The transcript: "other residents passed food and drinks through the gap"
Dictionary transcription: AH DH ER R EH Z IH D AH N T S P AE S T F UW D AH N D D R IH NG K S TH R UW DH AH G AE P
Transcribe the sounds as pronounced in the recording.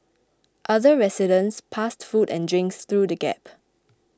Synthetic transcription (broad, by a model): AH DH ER R EH S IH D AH N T S P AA S T F UW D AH N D D R IH NG K S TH R UW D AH G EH P